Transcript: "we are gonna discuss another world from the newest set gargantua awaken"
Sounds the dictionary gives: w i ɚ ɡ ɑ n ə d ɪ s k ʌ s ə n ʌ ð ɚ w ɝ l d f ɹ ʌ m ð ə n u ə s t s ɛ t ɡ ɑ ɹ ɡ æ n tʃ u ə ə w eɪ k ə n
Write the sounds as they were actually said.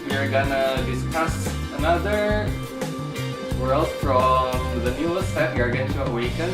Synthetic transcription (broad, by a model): w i ɚ ɡ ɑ n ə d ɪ s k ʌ s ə n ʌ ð ɚ w ɝ l d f ɹ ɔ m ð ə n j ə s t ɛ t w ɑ ɹ ɡ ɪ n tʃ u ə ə w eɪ k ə n